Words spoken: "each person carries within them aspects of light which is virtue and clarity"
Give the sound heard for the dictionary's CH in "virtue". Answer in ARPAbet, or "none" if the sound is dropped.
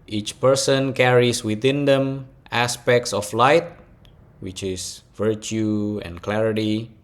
CH